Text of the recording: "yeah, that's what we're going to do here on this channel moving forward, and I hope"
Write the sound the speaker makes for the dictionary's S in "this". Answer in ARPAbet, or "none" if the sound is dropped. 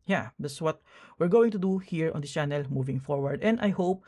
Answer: none